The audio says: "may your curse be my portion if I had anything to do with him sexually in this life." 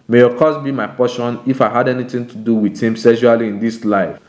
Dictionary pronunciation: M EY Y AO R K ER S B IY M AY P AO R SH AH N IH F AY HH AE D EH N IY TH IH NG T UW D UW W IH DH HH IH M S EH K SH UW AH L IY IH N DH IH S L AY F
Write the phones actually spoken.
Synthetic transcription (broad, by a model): M EY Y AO K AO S B IY M AY P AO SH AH N IH F AY HH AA D EH N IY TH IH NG T UW D UW W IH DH HH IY M S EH SH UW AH L IY IH N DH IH S L AY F